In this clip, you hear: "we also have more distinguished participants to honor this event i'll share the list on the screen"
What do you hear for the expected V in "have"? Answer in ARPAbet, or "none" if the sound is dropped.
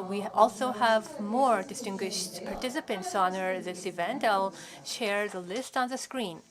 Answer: V